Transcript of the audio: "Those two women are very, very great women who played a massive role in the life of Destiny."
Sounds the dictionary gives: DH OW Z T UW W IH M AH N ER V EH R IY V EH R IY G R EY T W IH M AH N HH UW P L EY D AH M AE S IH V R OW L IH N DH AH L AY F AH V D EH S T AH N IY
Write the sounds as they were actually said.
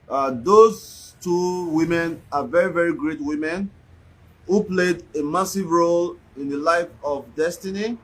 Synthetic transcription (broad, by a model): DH OW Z T UW W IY M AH N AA V EH R IY V EH R IY G R EY T W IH M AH N HH UW P L EY D AH M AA S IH V R OW L IH N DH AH L AY F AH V D EH S T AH N IY